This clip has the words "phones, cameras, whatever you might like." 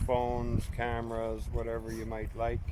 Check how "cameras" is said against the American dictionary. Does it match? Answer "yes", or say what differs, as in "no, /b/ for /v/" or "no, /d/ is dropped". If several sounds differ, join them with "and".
yes